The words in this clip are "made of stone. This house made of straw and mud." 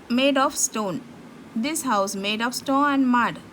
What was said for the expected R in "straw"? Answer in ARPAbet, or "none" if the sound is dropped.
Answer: none